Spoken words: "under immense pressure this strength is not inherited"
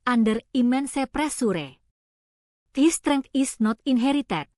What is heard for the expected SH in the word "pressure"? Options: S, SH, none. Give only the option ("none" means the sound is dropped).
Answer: S